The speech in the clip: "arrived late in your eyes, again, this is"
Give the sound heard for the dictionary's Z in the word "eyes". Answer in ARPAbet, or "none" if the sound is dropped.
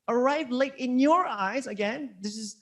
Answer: Z